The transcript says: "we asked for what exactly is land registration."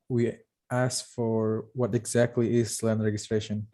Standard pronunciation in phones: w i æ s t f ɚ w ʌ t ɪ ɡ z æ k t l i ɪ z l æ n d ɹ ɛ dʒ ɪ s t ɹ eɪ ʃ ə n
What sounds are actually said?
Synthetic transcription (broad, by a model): w i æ s f ɚ w ʌ t ɪ ɡ z æ k t l i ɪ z l æ n d ɹ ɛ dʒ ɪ s t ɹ eɪ ʃ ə n